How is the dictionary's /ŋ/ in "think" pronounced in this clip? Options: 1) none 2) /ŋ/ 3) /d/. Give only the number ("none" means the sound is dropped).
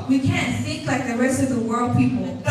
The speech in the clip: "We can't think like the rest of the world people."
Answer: 1